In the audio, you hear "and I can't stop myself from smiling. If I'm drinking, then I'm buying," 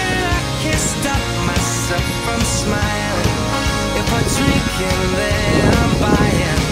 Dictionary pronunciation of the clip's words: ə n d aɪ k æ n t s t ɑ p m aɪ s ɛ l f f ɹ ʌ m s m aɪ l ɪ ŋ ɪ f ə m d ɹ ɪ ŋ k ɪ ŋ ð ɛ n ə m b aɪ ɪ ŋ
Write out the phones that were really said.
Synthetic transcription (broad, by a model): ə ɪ k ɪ s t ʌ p m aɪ s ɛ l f f ɹ ʌ m s m aɪ l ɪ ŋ ɪ f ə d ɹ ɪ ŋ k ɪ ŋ ð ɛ ə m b aɪ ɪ